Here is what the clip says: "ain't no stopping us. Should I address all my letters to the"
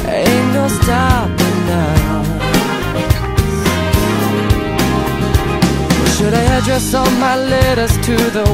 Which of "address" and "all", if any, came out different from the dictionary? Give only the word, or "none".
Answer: all